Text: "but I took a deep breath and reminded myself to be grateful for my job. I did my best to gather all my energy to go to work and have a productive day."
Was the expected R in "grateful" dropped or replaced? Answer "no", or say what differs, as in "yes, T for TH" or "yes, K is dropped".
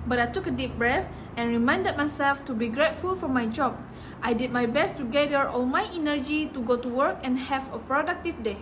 no